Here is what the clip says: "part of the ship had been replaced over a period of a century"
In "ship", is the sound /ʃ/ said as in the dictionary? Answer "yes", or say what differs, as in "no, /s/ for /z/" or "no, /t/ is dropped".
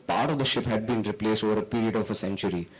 yes